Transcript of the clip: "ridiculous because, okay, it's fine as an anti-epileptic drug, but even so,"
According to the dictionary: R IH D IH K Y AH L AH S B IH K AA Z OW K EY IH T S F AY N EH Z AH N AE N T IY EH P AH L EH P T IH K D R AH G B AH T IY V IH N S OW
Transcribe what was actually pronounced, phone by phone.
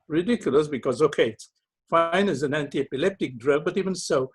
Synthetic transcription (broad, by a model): R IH D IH K Y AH L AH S B IH K AA Z OW K EY IH T S F AY N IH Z AH N AE N T IY EH P AH L EH P T IH K D R AH G B AH T IY V IH N S OW